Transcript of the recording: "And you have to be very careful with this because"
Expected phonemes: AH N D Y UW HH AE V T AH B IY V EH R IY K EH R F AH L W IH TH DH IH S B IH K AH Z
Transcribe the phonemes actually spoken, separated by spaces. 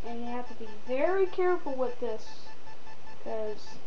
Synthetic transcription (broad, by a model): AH N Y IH HH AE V T AH B IY V EH R IY K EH R AH L W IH DH IH S K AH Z